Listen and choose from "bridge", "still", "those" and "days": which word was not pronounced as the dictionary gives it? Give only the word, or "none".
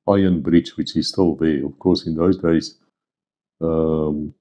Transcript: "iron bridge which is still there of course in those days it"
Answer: bridge